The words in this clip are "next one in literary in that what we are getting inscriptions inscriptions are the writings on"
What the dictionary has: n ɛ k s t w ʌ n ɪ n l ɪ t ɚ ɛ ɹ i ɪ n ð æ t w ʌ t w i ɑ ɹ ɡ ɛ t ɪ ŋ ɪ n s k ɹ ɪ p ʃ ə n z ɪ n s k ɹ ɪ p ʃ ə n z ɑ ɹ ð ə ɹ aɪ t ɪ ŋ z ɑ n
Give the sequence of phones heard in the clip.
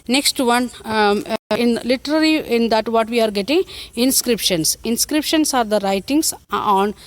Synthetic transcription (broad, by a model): n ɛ k s t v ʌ n ɪ n l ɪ t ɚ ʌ l i ɪ n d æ t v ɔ t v i ɑ ɹ ɡ ɛ t ɪ ŋ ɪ n s k ɹ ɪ p ʃ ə n s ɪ n s k ɹ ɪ p ʃ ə n s ɑ ɹ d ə ɹ aɪ t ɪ ŋ s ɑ n